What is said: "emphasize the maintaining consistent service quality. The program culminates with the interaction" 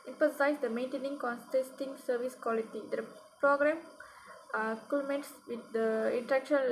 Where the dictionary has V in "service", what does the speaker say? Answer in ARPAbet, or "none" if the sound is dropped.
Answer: V